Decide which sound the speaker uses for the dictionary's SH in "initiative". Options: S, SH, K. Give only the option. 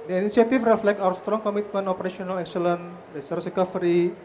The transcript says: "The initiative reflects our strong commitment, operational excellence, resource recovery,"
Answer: S